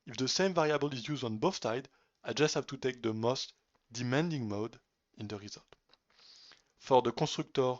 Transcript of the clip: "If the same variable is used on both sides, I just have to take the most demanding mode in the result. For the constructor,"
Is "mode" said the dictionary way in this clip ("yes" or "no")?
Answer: yes